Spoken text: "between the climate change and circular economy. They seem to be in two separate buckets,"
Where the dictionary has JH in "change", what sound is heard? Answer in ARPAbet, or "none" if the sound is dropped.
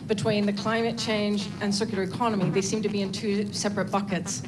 JH